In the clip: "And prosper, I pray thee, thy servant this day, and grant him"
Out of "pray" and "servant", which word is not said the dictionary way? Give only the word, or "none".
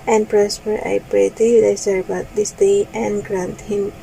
servant